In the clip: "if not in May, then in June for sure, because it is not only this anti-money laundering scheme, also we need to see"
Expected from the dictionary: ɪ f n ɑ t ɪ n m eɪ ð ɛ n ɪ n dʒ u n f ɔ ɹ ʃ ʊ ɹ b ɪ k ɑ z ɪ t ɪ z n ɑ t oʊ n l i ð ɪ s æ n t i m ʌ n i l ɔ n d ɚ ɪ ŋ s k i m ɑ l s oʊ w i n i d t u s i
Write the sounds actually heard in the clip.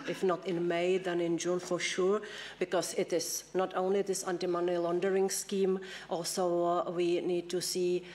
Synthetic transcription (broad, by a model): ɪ f n ɑ t ɪ n m eɪ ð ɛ n ɪ n dʒ u n f ɔ ɹ ʃ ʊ ɹ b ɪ k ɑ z ɪ t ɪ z n ɑ t oʊ n l i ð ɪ s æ n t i m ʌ n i l ɔ n d ɚ ɪ ŋ s k i m ɑ l s oʊ w i n i d t u s i